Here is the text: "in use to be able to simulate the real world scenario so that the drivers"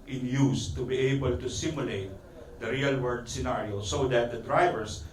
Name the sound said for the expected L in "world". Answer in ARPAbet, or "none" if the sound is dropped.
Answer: none